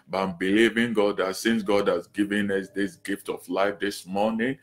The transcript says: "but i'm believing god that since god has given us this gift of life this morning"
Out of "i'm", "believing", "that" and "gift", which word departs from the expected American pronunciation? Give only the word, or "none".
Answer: none